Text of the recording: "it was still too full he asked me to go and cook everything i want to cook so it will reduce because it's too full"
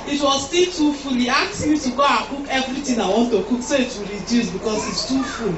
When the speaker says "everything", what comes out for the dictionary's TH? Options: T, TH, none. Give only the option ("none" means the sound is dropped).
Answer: T